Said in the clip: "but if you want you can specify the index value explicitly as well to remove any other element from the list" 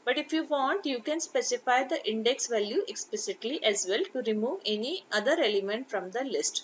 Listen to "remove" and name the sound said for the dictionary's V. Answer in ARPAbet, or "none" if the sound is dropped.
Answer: V